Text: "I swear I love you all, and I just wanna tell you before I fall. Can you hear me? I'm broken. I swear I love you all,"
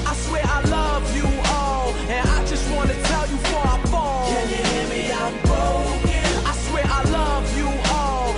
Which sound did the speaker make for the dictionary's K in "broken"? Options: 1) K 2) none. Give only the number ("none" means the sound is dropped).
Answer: 2